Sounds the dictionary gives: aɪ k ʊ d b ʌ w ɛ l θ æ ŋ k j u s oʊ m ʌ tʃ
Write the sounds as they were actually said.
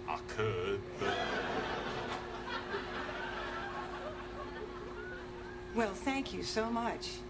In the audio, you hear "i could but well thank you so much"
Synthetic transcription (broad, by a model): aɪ k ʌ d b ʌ w ɛ l θ æ ŋ k j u s oʊ m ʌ tʃ